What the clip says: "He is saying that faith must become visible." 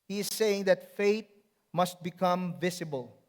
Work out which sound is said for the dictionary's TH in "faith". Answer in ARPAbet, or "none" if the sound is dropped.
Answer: T